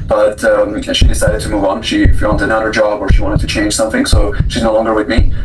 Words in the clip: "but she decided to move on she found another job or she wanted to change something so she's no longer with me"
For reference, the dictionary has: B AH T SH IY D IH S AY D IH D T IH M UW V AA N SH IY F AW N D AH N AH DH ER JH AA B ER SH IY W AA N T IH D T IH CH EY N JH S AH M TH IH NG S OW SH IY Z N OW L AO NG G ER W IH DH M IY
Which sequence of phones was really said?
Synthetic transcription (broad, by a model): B AH T SH IY D IH S AY D IH D T IH M UW V N SH IY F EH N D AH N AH ER JH AA B ER SH IY W AA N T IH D T IH CH EY N ZH S AH M TH IH NG S OW SH IY Z N OW L AO NG G ER W IH DH M IY